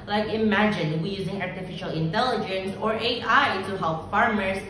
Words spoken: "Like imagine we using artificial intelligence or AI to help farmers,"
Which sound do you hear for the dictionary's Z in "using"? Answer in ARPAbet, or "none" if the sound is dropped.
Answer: Z